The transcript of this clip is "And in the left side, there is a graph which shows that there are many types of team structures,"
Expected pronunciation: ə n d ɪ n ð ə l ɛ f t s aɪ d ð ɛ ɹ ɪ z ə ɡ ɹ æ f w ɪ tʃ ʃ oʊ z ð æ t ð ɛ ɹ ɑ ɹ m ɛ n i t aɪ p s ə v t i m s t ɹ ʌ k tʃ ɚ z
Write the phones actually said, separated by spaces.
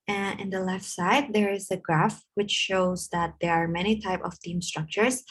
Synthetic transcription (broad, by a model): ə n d ɪ n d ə l ɛ f t s aɪ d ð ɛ ɹ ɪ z ə ɡ ɹ æ f w ɪ tʃ ʃ oʊ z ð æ t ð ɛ ɹ ɑ ɹ m ɛ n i t aɪ p ə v t i m s t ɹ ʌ k tʃ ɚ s